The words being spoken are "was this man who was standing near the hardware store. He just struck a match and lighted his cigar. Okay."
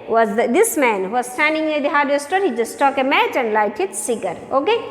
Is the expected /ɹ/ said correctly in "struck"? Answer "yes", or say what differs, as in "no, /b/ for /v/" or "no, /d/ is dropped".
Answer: no, /ɹ/ is dropped